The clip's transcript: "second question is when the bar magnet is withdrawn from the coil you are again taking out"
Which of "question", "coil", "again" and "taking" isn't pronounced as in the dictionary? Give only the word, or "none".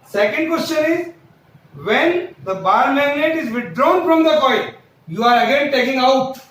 coil